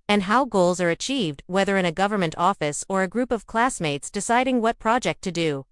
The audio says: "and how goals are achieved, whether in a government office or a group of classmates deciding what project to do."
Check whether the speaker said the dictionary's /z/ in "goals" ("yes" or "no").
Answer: yes